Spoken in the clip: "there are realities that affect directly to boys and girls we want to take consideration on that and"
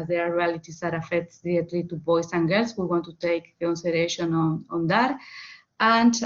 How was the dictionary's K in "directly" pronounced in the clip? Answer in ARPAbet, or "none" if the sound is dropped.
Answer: none